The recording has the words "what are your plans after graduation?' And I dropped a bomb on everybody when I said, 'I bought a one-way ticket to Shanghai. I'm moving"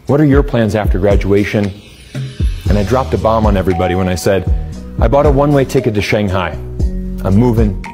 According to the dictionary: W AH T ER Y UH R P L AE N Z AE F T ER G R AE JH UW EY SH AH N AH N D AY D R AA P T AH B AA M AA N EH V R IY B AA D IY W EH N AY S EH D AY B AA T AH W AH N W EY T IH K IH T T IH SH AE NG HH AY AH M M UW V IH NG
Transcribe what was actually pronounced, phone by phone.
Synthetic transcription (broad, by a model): W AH T ER Y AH R P L AE N Z AE F T ER G R AE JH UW EY SH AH N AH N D AY D R AA P T AH B AA M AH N EH V R IY B AA D IY W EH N AY S EH D AY B AA T AH W AH N W EY T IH K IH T T IH SH AE NG HH AY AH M M UW V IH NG